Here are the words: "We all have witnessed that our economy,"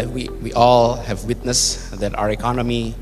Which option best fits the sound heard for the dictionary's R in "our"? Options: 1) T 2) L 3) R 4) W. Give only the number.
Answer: 3